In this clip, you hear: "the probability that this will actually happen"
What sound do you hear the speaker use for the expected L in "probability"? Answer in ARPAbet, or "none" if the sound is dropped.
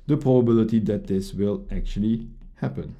L